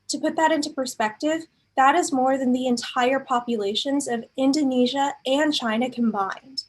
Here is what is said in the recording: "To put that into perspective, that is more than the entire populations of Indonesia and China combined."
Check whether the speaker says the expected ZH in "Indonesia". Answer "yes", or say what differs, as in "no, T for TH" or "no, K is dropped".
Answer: yes